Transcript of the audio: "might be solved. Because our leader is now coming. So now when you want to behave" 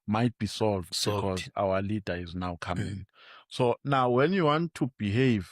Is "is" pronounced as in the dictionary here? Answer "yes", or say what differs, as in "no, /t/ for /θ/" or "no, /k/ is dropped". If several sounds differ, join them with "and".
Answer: yes